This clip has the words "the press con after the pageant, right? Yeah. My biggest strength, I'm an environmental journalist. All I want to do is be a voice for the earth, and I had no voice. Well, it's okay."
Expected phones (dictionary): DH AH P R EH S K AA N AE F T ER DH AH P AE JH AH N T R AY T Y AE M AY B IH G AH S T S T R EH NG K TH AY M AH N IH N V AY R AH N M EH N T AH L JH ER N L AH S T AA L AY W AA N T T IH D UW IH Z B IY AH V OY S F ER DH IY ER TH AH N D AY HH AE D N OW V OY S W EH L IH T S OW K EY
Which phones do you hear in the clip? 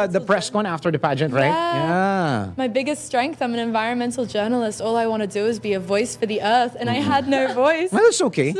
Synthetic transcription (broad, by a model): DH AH P R EH S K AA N AE F T ER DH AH P AE JH AH N T R AY T Y AE M AY B IH G AH S T S T R EH NG K TH AY M AH N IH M V AY R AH N M EH N T L JH ER N L AH S T AA L AY W AA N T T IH D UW IH Z B IY AH V OY S F ER DH IY ER TH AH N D AY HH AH D N OW V OY S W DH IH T S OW K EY